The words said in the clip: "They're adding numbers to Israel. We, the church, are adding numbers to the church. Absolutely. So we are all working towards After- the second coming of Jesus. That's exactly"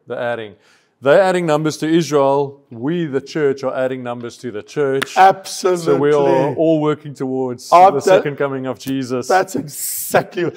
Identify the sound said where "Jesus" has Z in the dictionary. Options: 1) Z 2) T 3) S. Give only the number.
1